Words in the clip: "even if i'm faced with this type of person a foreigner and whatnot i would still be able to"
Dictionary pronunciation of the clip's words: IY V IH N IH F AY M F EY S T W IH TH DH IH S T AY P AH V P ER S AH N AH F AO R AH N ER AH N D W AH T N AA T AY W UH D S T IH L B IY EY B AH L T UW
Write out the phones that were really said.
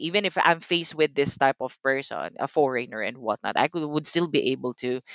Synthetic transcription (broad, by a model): IY V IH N IH F AY M F EY S T W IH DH IH S T AY P AH V P ER S AH N AH F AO R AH N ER AH N D W AH T N AA T AY W UH D S T IH L B IY EY B AH L T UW